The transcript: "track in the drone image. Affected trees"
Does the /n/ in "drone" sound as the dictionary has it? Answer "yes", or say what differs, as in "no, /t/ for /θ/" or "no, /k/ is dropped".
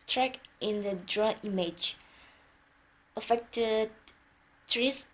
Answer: no, /n/ is dropped